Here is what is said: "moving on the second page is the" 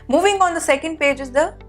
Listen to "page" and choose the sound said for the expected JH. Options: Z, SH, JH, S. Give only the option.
JH